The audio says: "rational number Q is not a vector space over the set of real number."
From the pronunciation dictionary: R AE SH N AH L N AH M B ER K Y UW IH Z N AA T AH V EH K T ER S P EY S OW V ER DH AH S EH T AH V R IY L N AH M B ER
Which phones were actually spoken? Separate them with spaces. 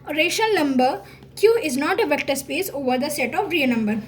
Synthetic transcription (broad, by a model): R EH SH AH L N AH M B ER K Y UW IH Z N AA T AH V EH K T ER S P EY S OW V ER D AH S EH T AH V R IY N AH M B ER